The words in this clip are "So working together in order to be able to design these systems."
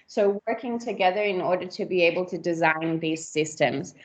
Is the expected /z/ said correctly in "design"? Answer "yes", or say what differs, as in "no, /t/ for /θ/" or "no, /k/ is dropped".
yes